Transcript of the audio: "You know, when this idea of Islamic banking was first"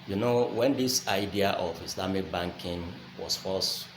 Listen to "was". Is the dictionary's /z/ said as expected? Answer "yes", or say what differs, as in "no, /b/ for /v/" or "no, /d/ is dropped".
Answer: no, /s/ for /z/